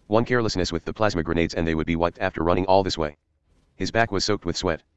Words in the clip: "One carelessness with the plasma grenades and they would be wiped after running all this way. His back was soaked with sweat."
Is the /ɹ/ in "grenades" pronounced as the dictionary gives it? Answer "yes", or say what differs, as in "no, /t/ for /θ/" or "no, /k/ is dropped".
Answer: yes